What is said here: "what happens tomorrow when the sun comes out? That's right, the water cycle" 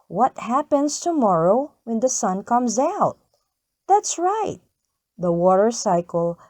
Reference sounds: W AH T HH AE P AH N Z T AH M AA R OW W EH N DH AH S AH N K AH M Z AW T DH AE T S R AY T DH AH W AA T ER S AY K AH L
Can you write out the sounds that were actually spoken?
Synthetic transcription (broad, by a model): W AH T HH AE P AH N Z T AH M AA R OW W EH N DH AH S AH N K AH M Z AW T DH AE T S R AY T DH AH W AA T ER S AY K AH L